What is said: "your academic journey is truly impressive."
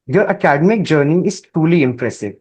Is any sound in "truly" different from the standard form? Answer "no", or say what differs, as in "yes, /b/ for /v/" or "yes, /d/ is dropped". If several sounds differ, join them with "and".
yes, /ɹ/ is dropped